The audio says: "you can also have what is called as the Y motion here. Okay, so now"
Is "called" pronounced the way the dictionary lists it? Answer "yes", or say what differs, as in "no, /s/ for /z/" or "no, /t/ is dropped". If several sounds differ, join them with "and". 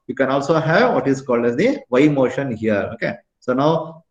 yes